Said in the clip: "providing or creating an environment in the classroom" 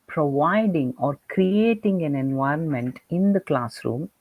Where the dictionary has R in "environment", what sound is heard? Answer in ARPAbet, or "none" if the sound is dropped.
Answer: R